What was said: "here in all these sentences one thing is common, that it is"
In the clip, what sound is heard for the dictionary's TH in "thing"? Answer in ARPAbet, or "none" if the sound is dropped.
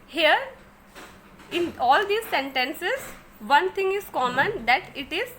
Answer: T